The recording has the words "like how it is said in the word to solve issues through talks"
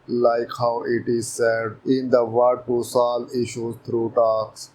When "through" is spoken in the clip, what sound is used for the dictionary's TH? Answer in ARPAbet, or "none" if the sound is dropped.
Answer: T